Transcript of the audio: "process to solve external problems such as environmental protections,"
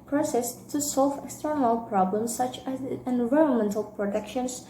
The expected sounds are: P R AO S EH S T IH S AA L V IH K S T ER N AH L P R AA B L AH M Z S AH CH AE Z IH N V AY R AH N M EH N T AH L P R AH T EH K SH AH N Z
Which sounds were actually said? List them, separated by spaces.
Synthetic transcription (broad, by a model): P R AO S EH S T IH S AA L V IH K S T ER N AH L P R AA B L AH M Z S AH CH AE Z IH N V AY R AH N M EH N T AH L P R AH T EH K SH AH N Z